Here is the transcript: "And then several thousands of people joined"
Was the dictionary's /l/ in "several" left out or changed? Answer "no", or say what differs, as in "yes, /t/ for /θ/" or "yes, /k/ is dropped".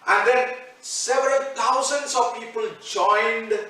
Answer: no